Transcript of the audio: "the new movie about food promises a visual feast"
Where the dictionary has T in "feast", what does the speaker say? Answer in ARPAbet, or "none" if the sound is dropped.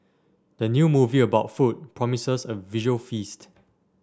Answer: T